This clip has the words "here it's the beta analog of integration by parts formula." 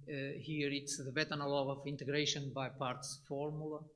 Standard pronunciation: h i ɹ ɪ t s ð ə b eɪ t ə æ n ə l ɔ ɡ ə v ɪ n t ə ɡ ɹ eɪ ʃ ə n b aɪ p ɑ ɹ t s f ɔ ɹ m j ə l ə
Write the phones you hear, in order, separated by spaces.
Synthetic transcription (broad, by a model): h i ɹ ɪ t s ð ə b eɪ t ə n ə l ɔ ə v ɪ n t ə ɡ ɹ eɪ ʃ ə n b aɪ p ɑ ɹ t s f ɔ ɹ m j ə l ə